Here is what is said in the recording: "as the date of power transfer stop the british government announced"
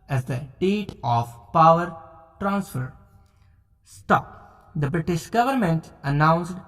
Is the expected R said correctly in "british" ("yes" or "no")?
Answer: yes